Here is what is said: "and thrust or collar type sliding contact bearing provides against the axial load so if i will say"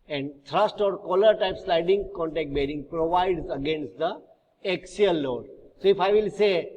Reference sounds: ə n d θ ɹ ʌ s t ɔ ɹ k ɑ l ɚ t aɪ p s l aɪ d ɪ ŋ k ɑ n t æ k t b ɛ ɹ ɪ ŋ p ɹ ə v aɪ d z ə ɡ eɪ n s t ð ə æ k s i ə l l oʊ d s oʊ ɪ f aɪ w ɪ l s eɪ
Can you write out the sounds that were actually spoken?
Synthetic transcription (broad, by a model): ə n d t ɹ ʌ s t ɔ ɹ k ɑ l ɚ t aɪ p s l aɪ d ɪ ŋ k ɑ n t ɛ k t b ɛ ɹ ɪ ŋ p ɹ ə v aɪ d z ə ɡ eɪ n s t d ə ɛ k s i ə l l oʊ d s oʊ ɪ f aɪ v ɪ l s eɪ